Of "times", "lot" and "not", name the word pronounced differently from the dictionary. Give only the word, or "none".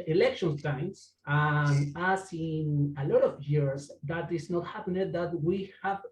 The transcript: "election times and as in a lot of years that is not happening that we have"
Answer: times